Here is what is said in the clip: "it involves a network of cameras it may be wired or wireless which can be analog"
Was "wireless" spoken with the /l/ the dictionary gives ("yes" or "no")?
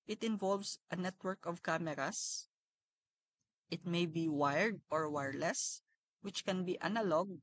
yes